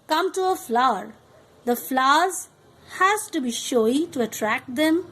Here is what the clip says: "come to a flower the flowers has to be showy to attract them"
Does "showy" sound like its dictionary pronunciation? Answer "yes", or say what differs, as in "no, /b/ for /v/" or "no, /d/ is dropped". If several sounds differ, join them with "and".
yes